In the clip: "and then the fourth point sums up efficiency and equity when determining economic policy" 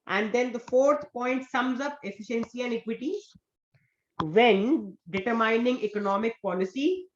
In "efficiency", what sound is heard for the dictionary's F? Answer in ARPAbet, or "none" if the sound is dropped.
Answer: F